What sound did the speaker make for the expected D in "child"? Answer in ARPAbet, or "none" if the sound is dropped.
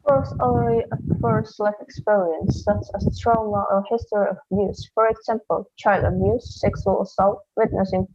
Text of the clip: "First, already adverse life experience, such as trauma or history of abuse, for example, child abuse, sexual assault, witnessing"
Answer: D